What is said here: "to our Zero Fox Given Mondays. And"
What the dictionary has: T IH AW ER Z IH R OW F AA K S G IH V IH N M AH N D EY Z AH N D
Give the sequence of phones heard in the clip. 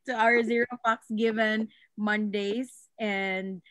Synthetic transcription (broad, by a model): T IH AW ER Z IH R OW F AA K S G IH V IH N M AH N D EY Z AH N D